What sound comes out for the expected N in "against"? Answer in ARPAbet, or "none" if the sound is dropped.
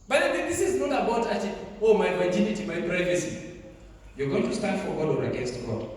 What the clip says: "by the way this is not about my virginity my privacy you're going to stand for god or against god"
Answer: N